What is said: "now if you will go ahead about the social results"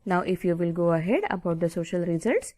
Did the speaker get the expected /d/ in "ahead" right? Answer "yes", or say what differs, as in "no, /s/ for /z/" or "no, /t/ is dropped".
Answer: yes